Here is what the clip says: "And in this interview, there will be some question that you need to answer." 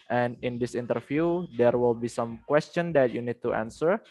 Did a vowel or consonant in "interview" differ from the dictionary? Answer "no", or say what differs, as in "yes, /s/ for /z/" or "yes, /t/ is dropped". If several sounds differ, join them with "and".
yes, /f/ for /v/